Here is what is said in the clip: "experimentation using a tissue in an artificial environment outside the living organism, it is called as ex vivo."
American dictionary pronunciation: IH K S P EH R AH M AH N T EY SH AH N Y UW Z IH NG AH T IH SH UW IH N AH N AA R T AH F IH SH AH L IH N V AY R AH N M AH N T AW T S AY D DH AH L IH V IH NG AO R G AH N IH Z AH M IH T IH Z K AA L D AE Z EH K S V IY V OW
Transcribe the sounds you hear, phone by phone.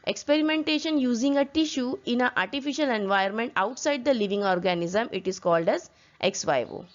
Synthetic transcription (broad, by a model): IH K S P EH R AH M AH N T EY SH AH N Y UW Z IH NG AH T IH SH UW IH N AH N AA R T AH F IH SH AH L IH N V AY AH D M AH N T AW T S AY D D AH L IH V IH NG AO R G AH N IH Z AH M IH T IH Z K AA L D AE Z EH K S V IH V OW